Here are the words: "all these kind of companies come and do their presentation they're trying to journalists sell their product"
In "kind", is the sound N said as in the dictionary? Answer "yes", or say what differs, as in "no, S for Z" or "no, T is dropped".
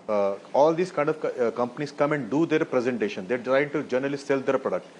yes